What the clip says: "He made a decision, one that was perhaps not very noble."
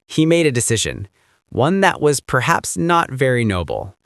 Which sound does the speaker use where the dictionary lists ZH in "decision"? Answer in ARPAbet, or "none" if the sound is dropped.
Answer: ZH